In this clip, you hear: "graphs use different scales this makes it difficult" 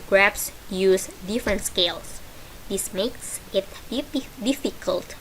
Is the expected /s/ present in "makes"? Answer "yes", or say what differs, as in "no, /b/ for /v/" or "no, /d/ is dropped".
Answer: yes